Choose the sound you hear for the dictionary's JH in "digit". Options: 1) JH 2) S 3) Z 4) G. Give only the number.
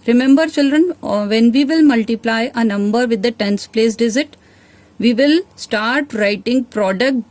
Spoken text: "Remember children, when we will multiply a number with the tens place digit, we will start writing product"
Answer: 3